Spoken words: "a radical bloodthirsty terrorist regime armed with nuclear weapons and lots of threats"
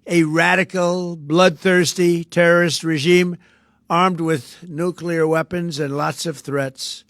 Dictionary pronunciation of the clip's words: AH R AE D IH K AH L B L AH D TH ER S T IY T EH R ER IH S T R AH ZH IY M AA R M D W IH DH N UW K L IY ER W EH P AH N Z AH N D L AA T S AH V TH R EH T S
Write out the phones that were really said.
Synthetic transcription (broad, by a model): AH R AE D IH K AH L B L AH D TH ER S T IY T EH R ER IH S T R AH ZH IY M AA R M D W IH DH N UW K L IY ER W EH P AH N Z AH N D L AA T S AH V TH R EH T S